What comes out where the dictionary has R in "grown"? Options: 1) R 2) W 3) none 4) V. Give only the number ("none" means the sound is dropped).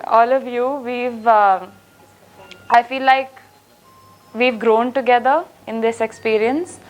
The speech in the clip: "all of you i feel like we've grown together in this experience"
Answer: 1